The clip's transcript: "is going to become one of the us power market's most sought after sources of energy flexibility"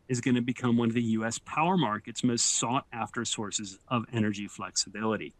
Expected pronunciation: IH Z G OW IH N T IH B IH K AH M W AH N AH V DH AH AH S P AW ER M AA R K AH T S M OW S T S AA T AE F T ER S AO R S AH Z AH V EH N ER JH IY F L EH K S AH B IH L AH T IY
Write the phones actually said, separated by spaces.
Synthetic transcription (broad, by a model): IH Z G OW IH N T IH B IH K AH M W AH N AH V DH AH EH S P AW ER M AA R K AH T S M OW S T S AA T AE F T ER S AO R S AH Z AH V EH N ER JH IY F L EH K S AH B IH L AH T IY